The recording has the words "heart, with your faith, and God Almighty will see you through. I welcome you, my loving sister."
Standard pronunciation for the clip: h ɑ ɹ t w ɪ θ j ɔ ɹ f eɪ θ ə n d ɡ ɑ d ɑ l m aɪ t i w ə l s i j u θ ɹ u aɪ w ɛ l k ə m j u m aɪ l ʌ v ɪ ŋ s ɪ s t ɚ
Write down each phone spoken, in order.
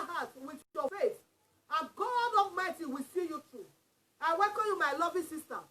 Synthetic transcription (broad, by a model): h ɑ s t w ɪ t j ɔ f eɪ s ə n ɡ ɑ d ɑ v m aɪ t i w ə s i j u t ɹ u aɪ w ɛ k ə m j u m aɪ l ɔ v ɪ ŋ s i s t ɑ